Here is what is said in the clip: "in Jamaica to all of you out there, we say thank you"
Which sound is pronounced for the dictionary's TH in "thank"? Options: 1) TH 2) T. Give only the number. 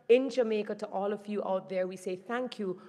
1